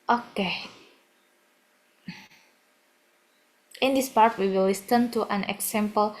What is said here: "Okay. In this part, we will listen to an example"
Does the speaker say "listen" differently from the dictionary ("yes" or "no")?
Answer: yes